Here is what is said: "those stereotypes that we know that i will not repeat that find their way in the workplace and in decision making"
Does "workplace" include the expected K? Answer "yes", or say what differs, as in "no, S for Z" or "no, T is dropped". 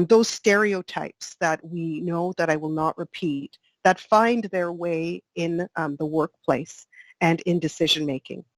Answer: yes